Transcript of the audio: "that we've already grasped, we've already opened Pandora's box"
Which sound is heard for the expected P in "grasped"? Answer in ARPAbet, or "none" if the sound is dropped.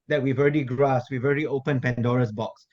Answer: none